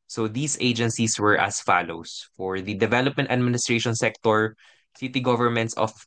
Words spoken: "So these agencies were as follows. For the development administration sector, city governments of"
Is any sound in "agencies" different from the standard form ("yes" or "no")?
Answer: yes